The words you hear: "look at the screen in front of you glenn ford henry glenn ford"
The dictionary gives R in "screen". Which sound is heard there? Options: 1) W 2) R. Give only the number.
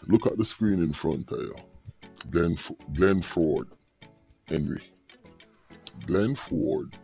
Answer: 2